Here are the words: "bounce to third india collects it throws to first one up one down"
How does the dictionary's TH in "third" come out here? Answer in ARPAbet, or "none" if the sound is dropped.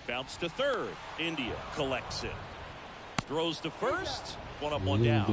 TH